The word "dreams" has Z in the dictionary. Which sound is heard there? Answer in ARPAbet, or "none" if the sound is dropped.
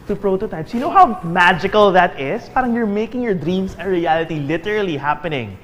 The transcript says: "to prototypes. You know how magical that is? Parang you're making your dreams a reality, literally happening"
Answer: S